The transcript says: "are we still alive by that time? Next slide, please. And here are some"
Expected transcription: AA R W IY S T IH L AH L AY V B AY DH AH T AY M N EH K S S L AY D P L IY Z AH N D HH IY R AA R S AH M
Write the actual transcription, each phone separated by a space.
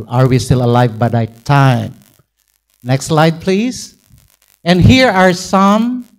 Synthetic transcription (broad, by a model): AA R W IY S T IH L AH L AY V B AY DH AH T AY M N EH K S S L AY D P L IY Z AH N D HH IY R AA R S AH M